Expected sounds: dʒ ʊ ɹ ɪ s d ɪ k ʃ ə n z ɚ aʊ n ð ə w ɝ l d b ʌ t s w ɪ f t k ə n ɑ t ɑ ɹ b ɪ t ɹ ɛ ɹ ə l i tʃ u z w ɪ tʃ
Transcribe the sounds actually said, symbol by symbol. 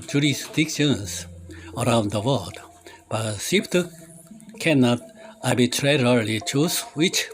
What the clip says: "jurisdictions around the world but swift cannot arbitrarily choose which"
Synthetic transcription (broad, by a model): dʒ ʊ ɹ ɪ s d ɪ k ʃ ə n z ɚ aʊ n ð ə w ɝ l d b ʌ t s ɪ p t k ə n ɑ t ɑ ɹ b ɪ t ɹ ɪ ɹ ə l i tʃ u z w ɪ tʃ